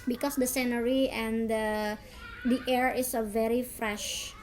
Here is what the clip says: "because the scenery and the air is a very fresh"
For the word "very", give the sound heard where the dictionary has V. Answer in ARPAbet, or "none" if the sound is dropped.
V